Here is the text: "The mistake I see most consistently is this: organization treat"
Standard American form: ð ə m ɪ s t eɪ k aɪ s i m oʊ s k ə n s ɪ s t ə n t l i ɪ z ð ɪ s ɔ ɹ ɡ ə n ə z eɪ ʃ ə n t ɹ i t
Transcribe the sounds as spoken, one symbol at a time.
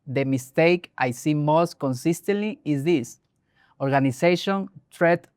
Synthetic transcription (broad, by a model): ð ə m ɪ s t eɪ k aɪ s i m oʊ s k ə n s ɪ s t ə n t l i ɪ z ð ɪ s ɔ ɹ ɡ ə n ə s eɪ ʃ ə n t ɹ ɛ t